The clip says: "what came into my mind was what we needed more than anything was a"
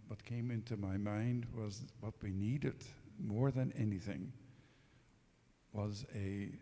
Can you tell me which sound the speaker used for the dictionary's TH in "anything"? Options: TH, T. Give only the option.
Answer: TH